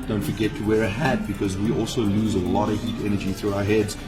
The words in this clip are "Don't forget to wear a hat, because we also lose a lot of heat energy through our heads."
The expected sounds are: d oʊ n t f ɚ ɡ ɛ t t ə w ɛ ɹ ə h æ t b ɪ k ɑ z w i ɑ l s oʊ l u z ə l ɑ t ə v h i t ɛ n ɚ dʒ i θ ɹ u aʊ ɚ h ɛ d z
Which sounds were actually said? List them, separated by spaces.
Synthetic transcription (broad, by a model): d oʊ n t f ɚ ɡ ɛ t t ə w ɛ ɹ ə h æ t b ɪ k ɑ z w i ɑ l s oʊ l u z ə l ɑ t ə v h i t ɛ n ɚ dʒ i θ ɹ u aʊ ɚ h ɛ d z